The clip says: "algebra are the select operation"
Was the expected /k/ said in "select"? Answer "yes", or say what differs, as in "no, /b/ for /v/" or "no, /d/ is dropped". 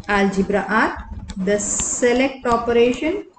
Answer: yes